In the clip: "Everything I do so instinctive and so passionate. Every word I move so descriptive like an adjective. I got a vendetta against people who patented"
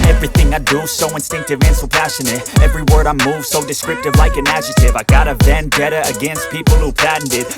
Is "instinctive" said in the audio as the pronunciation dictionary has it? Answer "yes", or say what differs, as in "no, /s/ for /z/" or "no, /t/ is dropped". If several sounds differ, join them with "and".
yes